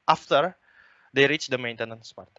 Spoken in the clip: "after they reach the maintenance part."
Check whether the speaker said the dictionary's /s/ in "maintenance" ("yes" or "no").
yes